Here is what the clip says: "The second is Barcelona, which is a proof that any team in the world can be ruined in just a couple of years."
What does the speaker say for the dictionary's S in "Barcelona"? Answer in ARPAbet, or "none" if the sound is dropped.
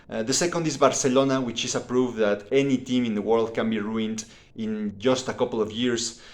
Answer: S